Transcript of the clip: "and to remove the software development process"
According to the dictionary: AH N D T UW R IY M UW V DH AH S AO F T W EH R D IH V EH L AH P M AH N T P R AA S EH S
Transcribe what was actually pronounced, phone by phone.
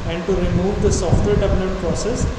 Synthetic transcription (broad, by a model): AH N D T UW R IY M UW V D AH S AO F T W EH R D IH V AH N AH T P R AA S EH S